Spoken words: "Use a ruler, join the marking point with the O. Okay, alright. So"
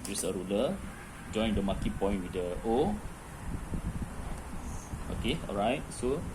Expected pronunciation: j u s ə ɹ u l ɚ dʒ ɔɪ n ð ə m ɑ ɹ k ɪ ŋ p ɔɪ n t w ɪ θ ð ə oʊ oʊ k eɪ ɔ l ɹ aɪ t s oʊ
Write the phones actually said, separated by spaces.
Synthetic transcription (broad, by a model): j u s ə ɹ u l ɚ dʒ ɔɪ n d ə m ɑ k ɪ p ɔɪ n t w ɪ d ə oʊ oʊ k eɪ ɔ l ɹ aɪ t s oʊ